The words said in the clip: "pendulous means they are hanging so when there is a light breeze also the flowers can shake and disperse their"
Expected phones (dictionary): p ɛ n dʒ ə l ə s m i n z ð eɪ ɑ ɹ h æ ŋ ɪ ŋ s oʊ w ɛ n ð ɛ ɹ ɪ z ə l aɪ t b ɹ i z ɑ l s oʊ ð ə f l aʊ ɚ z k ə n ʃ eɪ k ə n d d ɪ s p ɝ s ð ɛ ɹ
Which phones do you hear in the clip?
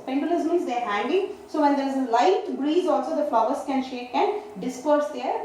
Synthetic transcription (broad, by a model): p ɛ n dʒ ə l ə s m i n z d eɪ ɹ h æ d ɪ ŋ s oʊ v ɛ n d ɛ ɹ ɪ z ə l aɪ t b ɹ i z ɑ l s oʊ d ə f l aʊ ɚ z k ə n ʃ eɪ k ə n d d ɪ s p ɝ s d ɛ ɹ